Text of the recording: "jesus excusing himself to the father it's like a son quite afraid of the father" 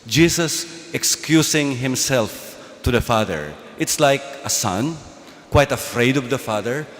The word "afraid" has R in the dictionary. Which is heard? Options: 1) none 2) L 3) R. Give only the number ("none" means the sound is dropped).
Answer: 3